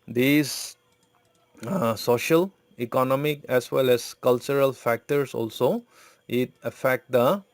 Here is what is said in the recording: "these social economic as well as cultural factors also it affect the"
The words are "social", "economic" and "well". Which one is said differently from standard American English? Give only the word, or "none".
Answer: none